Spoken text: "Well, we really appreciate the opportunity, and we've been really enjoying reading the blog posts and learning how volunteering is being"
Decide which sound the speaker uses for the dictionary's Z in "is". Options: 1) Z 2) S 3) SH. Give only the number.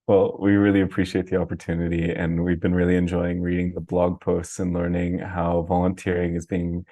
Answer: 1